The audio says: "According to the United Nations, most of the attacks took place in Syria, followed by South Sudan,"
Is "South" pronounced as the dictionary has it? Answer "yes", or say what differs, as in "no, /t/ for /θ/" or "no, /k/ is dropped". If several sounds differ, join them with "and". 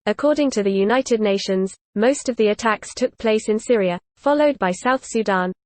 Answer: yes